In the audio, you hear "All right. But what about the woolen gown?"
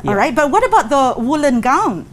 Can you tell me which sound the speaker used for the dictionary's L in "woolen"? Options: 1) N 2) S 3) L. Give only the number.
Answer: 3